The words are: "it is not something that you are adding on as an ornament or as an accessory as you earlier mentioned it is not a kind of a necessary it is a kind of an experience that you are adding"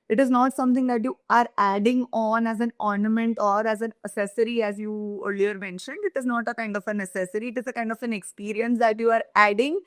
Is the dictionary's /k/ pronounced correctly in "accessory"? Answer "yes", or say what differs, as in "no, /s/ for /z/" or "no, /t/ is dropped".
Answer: no, /k/ is dropped